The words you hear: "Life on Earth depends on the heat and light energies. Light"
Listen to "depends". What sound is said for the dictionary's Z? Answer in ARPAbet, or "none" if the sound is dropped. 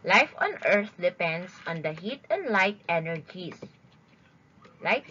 S